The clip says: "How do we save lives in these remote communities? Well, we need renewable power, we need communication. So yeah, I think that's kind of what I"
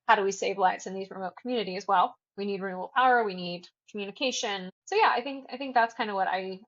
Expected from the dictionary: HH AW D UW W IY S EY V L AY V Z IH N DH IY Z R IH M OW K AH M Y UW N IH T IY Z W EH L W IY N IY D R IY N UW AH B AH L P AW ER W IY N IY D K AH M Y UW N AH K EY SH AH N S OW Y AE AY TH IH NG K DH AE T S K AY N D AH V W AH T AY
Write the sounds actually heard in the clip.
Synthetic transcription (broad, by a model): HH AW D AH W IY S EY V L AY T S IH N DH IY Z R IH M OW K M Y UW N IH T IY Z W EH L W IY N IY D R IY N UW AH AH L P AW ER W IY N IY D K M Y UW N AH K EY SH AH N S OW Y AE AY TH IH NG K DH AE T S K AY N D AH V W AH T AY